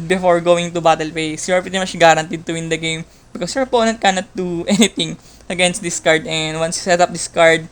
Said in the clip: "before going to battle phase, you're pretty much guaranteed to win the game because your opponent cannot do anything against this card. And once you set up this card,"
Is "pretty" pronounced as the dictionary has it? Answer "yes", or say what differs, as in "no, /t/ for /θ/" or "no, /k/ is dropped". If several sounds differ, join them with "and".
no, /ɹ/ is dropped